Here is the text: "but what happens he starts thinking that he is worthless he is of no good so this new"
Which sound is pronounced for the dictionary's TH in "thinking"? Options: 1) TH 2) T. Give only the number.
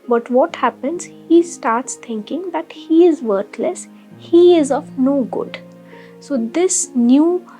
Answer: 2